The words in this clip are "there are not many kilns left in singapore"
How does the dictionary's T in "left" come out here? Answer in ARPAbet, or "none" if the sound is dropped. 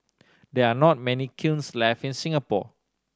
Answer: none